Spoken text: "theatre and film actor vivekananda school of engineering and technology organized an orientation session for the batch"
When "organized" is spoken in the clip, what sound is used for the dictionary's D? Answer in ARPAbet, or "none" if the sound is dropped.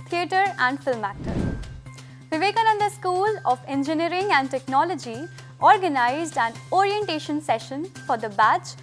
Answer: D